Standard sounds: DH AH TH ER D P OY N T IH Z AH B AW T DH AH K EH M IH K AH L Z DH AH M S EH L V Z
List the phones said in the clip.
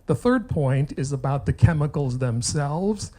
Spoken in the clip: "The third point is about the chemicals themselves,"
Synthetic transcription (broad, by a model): DH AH TH ER D P OY N T IH Z AH B AW T DH AH K EH M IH K L Z DH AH M S EH L V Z